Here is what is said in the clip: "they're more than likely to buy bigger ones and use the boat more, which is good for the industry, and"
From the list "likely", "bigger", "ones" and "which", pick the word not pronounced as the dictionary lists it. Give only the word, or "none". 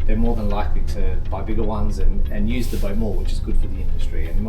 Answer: none